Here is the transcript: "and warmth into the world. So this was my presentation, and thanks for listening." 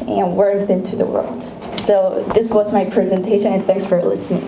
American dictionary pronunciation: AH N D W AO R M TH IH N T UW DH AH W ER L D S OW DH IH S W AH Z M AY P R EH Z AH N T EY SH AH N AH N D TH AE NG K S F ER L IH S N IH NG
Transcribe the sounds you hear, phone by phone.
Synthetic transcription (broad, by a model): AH N W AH R TH IH N T UW DH AH W ER L D S OW DH IH S W AH Z M AY P R EH Z AH N T EY SH AH N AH N TH AE NG K S F ER L IH S N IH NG